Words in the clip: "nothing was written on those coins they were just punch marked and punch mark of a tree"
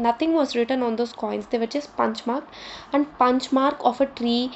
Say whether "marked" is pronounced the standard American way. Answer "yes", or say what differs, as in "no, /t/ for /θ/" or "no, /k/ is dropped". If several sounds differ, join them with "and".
no, /t/ is dropped